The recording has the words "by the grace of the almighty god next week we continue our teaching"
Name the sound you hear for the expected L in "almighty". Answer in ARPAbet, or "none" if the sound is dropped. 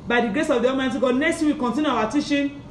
none